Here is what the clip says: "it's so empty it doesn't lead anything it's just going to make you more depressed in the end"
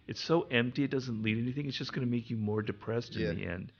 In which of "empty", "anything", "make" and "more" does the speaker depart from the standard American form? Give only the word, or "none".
none